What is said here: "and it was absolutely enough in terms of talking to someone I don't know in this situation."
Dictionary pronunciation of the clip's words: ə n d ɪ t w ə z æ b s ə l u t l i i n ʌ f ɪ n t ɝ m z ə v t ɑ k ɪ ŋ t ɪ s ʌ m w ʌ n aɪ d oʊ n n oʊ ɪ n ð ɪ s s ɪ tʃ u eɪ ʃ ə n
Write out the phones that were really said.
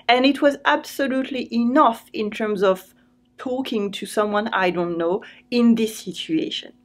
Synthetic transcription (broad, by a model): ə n ɪ t w ə z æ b s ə l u t l i i n ʌ f ɪ n t ɝ m z ə v t ɑ k ɪ ŋ t ɪ s ʌ m w ʌ n aɪ d oʊ n n oʊ ɪ n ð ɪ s s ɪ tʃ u eɪ ʃ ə n